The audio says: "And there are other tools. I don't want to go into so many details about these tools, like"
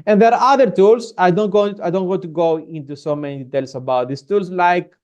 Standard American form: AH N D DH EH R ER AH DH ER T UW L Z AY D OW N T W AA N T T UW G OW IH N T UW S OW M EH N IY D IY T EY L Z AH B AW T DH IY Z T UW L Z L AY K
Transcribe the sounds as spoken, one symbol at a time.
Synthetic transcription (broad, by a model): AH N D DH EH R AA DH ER T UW L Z AY D OW N T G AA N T T UW G OW IH N T UW S OW M EH N IY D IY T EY L S AH B AW T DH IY S T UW L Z L AY K